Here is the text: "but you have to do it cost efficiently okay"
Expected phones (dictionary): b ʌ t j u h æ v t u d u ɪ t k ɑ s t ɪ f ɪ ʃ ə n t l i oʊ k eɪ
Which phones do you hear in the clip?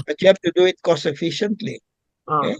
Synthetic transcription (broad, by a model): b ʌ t j u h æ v t u d u ɪ t k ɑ s ɪ f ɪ ʃ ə n t l i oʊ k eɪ